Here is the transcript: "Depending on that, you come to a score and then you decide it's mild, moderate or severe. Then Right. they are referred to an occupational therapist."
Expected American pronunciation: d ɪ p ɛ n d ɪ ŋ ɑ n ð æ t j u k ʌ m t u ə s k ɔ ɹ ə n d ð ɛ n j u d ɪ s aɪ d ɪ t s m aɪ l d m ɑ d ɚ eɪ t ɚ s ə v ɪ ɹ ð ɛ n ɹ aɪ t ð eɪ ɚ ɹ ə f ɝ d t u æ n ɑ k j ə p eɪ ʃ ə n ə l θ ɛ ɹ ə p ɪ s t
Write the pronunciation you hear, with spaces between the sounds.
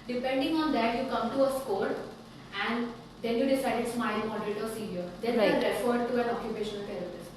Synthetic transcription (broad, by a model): d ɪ p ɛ n d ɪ ŋ ɑ n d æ t j u k ʌ m t u ə s k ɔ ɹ ə n d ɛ n j u d ɪ s aɪ d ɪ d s m aɪ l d m ɑ d ɚ eɪ t ɚ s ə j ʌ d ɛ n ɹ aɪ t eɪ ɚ ɹ ə f ɝ d t u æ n ɑ k j ə p eɪ ʃ ə n ə l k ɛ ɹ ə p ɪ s